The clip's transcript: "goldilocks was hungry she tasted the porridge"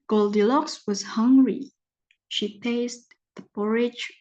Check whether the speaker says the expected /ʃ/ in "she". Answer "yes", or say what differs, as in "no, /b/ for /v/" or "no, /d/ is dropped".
yes